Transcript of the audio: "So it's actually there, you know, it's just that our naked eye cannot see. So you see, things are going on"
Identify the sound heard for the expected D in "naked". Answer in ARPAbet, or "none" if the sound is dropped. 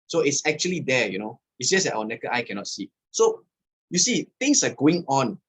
none